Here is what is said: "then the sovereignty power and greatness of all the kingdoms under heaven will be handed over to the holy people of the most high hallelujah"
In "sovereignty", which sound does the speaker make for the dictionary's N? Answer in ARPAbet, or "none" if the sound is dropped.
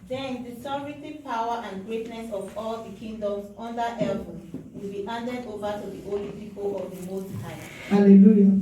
none